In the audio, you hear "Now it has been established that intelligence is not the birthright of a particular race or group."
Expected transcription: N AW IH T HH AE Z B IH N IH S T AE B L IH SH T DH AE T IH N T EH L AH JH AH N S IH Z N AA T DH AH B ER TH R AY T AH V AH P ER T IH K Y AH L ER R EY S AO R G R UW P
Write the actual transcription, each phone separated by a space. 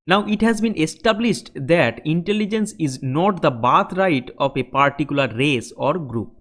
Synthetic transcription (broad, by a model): N AW IH T HH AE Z B IH N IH S T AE B L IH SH T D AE T IH N T EH L AH JH AH N S IH Z N AA T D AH B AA T R AY T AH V AH P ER T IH K Y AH L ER R EY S AO R G R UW P